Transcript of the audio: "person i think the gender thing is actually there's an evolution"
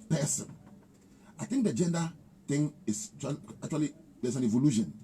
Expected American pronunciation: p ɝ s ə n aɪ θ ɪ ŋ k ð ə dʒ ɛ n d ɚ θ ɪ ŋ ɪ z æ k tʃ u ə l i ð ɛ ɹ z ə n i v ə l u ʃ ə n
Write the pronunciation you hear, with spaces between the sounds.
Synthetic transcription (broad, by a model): p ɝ s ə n aɪ t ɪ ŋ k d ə dʒ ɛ n d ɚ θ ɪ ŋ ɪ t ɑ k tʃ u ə l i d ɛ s ə n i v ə l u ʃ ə n